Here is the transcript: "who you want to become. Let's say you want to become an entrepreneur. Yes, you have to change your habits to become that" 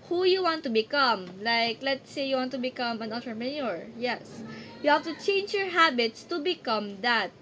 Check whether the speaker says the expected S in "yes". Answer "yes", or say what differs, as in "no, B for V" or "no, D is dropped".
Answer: yes